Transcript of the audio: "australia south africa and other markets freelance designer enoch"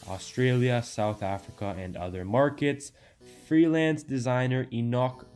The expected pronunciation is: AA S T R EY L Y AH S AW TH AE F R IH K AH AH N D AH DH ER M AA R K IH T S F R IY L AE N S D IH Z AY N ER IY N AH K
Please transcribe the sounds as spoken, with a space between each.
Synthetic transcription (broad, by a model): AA S T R EY L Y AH S AW TH AE F R IH K AH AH N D AH DH ER M AA R K IH T S F R IY L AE N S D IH Z AY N ER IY N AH K